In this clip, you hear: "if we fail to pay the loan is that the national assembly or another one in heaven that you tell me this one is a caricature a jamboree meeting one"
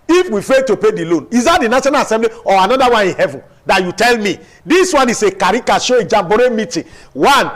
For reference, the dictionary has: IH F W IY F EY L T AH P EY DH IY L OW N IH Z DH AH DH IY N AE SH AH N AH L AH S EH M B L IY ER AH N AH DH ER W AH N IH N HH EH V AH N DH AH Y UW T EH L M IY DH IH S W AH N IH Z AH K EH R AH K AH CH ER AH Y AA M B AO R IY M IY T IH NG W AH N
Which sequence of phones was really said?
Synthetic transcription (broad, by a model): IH F W IY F EY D T AH P EY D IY L OW N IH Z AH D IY N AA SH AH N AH L AH S EH M B L IY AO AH N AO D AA W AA N IH N HH EH V AH N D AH Y UW T EH L M IY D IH S W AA N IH S AH K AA R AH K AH SH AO AH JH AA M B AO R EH M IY T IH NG W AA N